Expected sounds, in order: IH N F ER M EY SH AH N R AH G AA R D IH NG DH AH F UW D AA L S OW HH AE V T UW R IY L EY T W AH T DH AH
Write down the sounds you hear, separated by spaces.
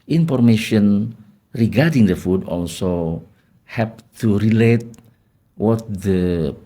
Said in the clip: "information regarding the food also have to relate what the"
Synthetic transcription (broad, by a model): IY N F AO M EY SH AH N R AH G AA R D IH NG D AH F UW D AA L S OW HH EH P T UW R IY L EY T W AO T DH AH